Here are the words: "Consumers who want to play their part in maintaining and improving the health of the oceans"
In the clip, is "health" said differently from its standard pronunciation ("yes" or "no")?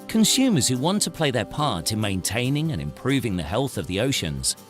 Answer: no